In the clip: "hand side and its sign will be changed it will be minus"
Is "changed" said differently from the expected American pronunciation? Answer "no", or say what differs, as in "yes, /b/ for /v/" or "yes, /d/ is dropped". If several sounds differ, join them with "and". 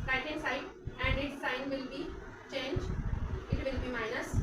yes, /d/ is dropped